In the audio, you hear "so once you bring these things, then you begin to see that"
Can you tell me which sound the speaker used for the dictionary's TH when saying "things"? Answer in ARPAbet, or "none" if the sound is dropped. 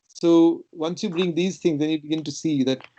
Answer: T